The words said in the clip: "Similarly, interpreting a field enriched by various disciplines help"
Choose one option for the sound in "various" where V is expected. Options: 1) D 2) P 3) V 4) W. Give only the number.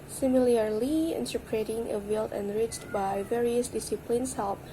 3